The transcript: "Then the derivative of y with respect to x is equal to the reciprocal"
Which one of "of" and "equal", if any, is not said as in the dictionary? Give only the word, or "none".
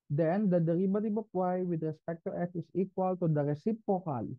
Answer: of